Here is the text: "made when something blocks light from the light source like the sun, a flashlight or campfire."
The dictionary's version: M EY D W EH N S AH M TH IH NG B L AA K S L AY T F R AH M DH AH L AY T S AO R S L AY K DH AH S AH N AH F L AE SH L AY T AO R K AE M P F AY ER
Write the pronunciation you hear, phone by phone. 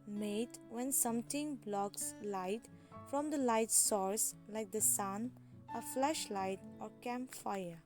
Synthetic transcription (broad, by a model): M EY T W EH N S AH M T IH NG B L AA K S L AY T F R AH M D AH L AY T S AO R S L AY K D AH S AH N AH F L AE SH L AY T AO R K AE M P F AY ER